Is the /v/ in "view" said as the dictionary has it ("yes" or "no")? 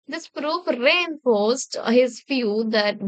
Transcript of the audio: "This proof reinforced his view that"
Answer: no